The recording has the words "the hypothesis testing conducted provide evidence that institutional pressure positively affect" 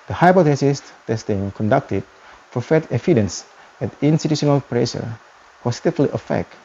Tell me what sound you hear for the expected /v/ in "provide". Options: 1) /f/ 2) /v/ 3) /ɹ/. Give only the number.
1